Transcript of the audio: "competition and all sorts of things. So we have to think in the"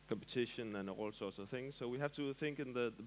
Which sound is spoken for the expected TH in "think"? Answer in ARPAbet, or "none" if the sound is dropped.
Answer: TH